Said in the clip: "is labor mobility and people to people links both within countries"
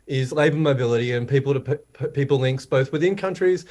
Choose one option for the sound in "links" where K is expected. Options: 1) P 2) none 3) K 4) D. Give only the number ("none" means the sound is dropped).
3